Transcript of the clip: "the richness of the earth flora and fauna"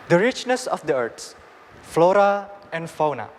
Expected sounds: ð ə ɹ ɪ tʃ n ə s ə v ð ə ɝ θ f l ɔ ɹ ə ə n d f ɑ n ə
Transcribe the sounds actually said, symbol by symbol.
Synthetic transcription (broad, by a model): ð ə ɹ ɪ tʃ n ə s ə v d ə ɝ s f l ɔ ɹ ə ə n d f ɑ n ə